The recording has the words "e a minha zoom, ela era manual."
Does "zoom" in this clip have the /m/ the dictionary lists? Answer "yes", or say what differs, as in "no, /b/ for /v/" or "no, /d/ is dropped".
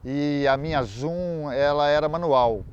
no, /m/ is dropped